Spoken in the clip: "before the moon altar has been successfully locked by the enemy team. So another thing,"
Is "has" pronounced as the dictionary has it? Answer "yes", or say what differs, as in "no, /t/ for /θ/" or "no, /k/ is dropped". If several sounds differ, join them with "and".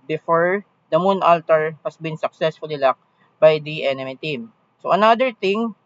no, /s/ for /z/